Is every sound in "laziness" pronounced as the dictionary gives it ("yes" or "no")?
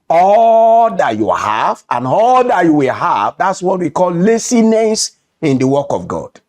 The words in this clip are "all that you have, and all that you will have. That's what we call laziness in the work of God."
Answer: no